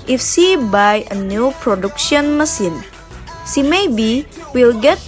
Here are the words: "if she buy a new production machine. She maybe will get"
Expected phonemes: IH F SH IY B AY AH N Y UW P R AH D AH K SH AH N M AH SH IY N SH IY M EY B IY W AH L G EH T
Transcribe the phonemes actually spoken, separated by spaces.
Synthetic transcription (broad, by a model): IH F S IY B AY AH N Y UW P R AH D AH K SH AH N M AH S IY N S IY M EY B IY W AH L G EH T